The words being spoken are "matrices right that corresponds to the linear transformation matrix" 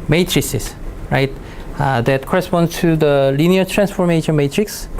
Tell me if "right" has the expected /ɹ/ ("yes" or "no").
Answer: yes